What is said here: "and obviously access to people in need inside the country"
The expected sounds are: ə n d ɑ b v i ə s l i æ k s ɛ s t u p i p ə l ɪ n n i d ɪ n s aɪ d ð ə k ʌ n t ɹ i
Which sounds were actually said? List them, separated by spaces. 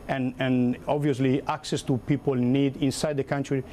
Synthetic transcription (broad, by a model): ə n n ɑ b v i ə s l i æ k s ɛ s t u p i p ə l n n i d ɪ n s aɪ d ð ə k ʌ n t ɹ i